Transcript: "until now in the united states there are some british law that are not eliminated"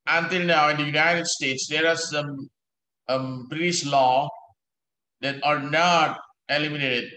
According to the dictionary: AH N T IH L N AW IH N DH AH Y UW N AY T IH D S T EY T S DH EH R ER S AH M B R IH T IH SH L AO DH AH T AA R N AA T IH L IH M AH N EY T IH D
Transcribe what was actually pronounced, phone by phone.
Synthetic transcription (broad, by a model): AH N T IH L N AW IH N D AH Y UW N AY T IH D S T EY T S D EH R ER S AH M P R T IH S L AO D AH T AA R N AA T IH L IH M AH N EY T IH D